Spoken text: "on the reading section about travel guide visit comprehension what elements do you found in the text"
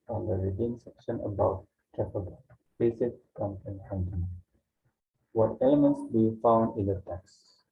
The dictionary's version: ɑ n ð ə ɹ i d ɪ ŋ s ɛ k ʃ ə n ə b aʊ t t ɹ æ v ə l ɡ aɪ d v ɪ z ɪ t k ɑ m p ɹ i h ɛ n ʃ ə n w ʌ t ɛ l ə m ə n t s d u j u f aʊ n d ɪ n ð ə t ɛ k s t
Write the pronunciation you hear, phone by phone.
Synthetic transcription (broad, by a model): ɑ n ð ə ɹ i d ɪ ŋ s ɛ k ʃ ə n ə b aʊ t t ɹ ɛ p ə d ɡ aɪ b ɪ s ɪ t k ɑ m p i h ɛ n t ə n w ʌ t ɛ l ə m ə n t s d u j u f aʊ n d ɪ n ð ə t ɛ k s